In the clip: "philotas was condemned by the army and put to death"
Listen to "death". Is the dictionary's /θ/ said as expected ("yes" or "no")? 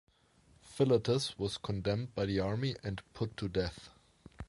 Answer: yes